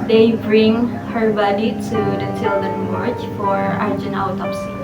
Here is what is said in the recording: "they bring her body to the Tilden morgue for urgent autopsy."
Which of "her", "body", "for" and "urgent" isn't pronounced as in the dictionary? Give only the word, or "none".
urgent